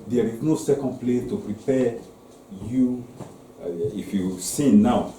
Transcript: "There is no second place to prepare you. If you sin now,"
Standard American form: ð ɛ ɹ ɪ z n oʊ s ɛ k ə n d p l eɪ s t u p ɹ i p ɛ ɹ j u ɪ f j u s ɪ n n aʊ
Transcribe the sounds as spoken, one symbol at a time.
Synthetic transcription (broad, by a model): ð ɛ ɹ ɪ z n oʊ s ɛ k ə n d p l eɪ t u p ɹ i p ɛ j u ɪ f j u s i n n aʊ